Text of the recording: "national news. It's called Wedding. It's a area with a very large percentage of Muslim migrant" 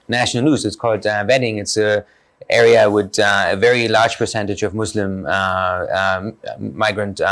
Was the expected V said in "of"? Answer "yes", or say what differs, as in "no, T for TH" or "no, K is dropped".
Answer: yes